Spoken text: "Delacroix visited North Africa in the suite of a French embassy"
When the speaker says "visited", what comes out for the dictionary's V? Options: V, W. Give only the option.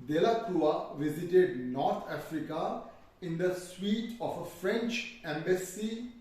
V